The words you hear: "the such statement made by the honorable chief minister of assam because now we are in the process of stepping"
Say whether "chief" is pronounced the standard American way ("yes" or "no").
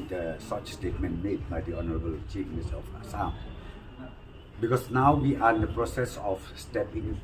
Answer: yes